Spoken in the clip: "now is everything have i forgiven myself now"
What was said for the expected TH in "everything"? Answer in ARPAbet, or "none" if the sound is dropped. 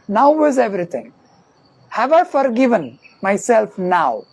T